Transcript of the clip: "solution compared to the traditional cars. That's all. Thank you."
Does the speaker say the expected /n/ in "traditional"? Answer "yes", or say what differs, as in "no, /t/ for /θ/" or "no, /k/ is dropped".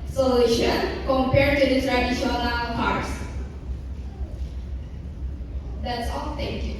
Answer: no, /l/ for /n/